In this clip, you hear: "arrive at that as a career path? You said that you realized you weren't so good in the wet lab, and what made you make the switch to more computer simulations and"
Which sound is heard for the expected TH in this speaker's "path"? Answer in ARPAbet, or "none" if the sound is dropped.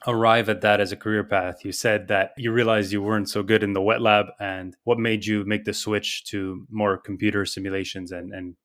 TH